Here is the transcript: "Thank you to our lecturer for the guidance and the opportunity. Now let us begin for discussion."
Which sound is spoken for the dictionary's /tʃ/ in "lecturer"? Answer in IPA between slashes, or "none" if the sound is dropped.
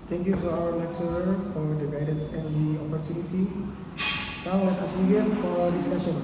/s/